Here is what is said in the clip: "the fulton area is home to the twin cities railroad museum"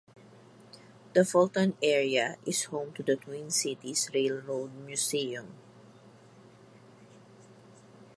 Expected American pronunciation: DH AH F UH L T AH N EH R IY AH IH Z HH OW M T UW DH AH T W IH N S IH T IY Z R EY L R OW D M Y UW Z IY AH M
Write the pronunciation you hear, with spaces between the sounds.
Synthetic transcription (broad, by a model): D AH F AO L T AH N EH R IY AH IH S HH OW M T UW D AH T W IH N S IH T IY S R EY L R OW D M Y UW S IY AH M